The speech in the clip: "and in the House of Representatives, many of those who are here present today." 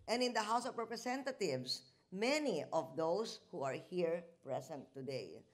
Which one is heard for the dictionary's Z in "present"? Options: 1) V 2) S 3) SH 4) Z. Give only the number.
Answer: 2